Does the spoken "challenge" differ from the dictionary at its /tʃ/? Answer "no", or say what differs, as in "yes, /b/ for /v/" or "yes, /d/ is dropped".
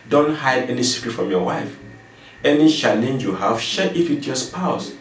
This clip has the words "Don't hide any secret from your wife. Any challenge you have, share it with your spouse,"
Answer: yes, /ʃ/ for /tʃ/